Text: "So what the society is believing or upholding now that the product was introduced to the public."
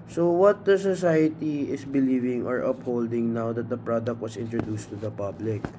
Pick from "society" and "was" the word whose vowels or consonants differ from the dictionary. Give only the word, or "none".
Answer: was